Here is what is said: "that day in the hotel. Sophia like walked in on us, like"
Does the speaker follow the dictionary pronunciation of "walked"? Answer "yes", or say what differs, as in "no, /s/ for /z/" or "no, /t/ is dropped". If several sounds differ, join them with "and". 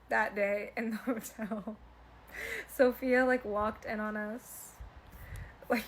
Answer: yes